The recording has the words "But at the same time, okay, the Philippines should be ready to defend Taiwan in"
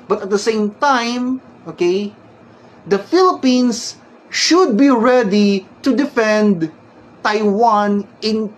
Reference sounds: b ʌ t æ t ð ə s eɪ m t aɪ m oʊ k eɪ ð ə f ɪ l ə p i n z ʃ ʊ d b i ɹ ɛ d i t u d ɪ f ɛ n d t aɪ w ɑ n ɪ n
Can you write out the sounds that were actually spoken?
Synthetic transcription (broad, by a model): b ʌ t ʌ t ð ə s eɪ m t aɪ m oʊ k eɪ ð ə f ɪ l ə p i n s ʃ ʊ d b i ɹ ɛ d i t u d ɪ f ɛ n d t aɪ w ɑ n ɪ n